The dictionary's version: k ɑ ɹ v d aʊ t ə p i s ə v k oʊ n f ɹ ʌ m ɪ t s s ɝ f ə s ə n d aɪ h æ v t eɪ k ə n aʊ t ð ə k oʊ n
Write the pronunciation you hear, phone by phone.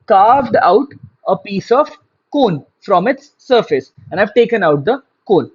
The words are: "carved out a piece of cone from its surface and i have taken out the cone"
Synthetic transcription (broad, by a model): k ɑ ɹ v d aʊ t ə p i s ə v k oʊ n f ɹ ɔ m ɪ t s s ɝ f ə s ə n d aɪ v t eɪ k ə n aʊ t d ə k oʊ n